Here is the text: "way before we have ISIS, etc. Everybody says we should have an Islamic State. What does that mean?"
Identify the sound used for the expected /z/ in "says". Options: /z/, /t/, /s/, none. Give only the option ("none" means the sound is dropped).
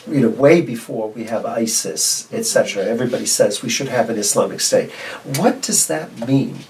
/z/